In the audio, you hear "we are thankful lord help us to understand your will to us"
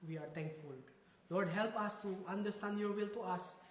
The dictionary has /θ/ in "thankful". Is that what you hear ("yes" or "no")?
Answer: no